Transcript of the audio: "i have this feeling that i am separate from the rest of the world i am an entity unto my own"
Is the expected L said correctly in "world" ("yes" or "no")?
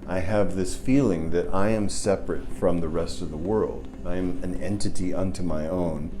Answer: yes